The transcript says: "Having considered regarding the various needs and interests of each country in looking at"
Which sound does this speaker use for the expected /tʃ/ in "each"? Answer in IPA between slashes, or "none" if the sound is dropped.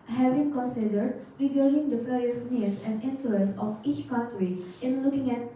/tʃ/